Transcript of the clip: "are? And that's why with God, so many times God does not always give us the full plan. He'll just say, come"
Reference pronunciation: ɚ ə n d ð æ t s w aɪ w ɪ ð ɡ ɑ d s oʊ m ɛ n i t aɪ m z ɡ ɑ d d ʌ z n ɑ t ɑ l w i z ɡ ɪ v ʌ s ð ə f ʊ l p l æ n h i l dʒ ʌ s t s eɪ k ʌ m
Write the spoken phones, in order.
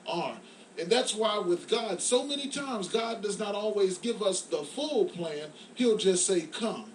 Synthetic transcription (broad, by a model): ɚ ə n ð æ t s w aɪ w ɪ ð ɡ ɑ d s oʊ m ɛ n i t aɪ m z ɡ ɑ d d ʌ z n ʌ t ɑ l w i z ɡ ɪ v ʌ s ð ə f ʊ l p l æ n h i l dʒ ʌ s t s eɪ k ʌ m